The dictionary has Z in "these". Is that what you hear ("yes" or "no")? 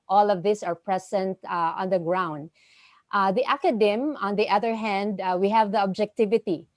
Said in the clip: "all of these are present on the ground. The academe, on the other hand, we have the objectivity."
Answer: no